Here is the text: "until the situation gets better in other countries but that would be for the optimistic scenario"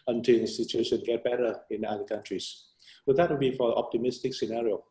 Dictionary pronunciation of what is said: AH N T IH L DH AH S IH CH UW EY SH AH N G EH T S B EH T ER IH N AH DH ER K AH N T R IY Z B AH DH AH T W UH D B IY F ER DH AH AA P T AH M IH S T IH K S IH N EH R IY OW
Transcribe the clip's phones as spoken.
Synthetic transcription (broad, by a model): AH N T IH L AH S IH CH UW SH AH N G EH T B EH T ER IH N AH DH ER K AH N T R IY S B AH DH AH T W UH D B IY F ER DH AA P T AH M IH S T IH K S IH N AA R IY OW